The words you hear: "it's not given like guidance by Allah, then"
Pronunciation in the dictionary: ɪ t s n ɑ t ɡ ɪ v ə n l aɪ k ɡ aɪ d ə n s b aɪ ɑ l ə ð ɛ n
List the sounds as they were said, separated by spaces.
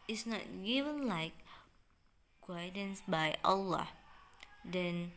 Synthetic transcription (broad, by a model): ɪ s n ɑ t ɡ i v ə n l aɪ k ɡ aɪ d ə n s b aɪ ɑ l ə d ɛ n